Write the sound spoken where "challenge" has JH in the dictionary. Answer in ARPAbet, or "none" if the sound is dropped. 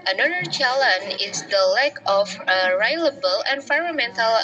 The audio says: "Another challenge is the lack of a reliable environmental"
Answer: none